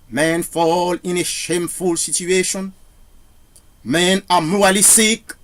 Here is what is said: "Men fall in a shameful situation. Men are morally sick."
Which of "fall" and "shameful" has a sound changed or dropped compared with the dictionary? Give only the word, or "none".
none